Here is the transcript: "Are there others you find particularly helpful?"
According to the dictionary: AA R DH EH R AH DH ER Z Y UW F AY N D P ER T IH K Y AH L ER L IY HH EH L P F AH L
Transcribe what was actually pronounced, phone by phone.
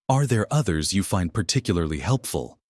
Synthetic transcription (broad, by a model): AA R DH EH R AH DH ER Z Y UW F AY N D P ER T IH K Y L ER L IY HH EH L P F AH L